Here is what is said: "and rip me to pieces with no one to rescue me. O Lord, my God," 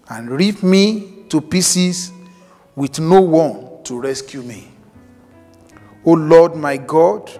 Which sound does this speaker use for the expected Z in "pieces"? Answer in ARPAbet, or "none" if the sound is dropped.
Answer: S